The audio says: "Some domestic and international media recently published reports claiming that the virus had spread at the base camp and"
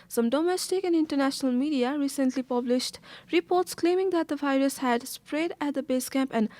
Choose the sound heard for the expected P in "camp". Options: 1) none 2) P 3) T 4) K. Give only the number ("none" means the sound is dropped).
2